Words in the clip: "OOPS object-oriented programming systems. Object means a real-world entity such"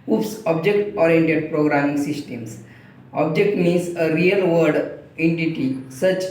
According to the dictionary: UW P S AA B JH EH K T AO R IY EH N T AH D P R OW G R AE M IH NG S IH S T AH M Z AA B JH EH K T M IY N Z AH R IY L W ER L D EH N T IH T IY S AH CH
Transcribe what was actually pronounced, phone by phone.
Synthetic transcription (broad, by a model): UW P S AA B JH EH K T AO R IY EH N T AH D P R OW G R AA M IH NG S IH S T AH M S AA B JH EH K T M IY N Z AH R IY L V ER D EH N T IH T IY S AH CH